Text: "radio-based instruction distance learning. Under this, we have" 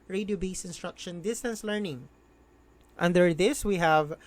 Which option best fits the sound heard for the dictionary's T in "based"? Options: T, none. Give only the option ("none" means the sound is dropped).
none